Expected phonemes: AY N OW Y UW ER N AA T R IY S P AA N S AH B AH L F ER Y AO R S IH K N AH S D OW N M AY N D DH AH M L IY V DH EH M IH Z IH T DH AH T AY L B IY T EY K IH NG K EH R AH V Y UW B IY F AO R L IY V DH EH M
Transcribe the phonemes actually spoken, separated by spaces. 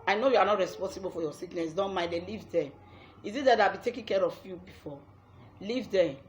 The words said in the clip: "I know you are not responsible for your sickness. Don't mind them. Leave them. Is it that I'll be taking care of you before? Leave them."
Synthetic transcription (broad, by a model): AY N OW Y UW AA N AA T R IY S P AA N S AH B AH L F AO Y AO S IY K N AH S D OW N M AY D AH L IY V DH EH IH Z IH T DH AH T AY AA B IY T EY K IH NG K EH R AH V Y UW B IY F AO L IY V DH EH